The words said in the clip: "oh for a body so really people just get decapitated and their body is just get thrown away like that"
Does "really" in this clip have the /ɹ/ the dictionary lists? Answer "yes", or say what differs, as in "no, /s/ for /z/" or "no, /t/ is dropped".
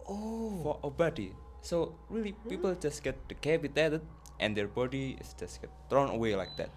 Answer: yes